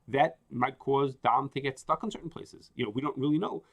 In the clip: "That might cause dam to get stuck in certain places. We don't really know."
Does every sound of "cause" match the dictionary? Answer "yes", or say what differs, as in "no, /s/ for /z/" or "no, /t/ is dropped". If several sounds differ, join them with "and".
yes